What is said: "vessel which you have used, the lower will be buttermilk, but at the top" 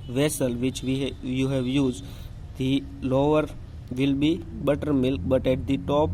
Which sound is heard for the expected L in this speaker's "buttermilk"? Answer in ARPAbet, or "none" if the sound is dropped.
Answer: L